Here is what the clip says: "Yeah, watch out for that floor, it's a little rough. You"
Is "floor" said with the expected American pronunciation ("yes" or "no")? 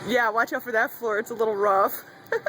yes